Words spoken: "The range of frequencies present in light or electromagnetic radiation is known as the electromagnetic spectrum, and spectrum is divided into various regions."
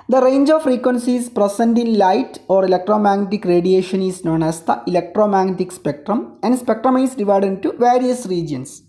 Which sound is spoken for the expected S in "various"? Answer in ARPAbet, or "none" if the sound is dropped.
S